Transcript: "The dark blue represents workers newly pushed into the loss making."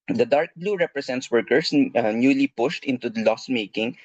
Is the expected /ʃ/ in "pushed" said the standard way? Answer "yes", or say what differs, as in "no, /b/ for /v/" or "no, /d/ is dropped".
yes